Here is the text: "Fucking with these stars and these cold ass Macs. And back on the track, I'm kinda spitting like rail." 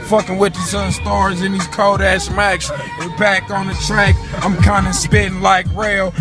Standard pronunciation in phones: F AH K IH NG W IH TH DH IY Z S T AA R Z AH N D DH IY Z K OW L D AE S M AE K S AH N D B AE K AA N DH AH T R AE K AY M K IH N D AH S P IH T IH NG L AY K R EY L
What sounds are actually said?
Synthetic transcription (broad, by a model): F AH K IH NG W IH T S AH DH S T AA R Z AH N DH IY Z K OW D AE S M AE K S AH B AE K N DH AH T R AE K AY M K IH N D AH S P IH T IH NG L AY K R EY L